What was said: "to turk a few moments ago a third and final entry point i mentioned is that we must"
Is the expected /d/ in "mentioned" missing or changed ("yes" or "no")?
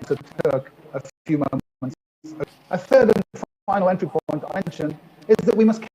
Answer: yes